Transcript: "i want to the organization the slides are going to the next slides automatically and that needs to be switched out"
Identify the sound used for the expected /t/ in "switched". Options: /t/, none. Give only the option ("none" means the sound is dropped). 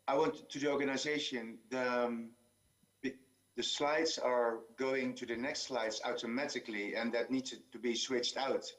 /t/